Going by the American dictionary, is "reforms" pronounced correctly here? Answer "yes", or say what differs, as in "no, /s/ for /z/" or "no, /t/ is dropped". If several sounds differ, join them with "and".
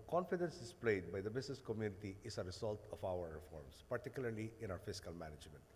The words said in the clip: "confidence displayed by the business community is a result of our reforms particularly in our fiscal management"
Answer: no, /s/ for /z/